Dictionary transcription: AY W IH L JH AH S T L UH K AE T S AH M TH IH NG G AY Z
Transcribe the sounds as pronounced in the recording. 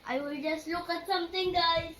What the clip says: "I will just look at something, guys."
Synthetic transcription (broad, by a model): AY W IH L JH AH S T L UH K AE T S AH M T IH NG G AY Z